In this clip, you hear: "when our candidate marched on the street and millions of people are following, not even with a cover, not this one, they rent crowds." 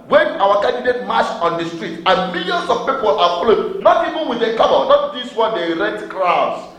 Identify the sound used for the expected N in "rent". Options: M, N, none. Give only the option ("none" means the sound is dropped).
none